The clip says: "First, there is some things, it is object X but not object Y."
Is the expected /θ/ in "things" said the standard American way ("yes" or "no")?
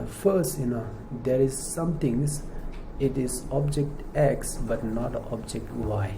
no